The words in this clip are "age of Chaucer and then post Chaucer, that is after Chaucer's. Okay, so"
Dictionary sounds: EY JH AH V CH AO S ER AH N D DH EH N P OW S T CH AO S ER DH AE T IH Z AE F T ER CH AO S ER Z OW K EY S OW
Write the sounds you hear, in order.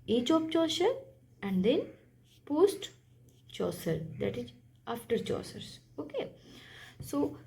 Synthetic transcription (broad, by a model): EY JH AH P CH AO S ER AH N D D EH N P OW S T CH AO S ER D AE T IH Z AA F T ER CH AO S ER S OW K EY S OW